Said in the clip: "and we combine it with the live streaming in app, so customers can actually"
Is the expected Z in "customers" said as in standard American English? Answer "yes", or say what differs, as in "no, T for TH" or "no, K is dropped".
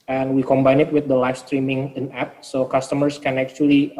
no, S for Z